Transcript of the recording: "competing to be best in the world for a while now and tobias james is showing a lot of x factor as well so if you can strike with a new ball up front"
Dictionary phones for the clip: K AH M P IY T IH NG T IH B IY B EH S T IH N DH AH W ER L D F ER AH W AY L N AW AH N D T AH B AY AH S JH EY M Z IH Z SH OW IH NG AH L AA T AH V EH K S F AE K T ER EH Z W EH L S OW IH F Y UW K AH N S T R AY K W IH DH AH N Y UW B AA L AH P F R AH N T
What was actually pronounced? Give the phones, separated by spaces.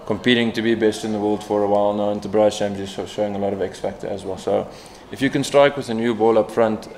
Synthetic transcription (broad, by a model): K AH M P IY T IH NG T IH B IY B EH S T IH N DH AH W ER L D F ER AH W AY L N AW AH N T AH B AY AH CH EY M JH IH Z SH OW IH NG AH L AA T AH V EH K S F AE K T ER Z W EH L S OW IH F Y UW K AH N S T R AY K W IH DH AH N Y UW B AA L AH P F R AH N T